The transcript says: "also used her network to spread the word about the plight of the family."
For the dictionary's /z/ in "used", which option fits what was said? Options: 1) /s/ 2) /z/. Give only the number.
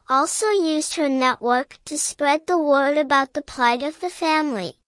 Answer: 2